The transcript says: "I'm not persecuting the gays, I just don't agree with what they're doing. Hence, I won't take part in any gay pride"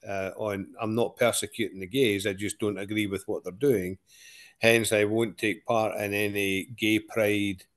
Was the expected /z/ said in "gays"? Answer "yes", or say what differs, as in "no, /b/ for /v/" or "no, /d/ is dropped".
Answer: yes